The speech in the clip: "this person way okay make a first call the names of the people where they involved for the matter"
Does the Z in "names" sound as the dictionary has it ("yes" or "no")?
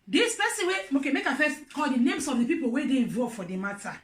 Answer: no